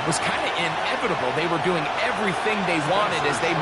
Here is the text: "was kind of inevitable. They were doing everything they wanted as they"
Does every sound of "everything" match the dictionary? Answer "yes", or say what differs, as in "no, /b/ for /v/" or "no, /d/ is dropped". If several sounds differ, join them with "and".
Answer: yes